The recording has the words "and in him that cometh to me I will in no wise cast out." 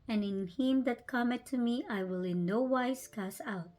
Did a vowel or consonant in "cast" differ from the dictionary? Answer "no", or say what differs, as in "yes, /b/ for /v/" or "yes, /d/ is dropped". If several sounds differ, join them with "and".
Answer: yes, /t/ is dropped